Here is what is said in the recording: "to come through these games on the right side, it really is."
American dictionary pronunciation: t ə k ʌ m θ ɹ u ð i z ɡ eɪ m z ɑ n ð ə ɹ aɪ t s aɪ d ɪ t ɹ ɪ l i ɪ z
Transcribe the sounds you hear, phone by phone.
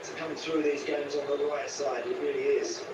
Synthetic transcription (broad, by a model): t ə k ʌ m θ ɹ u ð i z ɡ eɪ m z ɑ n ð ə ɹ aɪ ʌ s aɪ d ɪ t ɹ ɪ l i ɪ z